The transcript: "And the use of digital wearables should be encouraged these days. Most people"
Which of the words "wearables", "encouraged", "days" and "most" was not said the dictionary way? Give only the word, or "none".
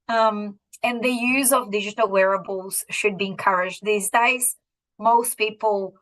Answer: none